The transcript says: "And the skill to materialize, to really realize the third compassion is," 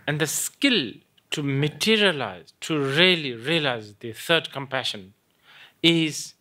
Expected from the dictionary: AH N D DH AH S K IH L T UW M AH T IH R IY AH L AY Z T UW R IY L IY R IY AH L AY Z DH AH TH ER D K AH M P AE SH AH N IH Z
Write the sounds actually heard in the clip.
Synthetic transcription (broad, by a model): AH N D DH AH S K IH L T UW M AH T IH R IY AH L AY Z T UW R IY L IY R IY AH L AY Z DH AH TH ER D K AH M P AE SH AH N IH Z